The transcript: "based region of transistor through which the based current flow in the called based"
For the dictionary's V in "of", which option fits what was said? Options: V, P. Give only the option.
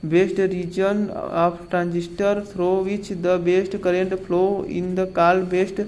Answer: P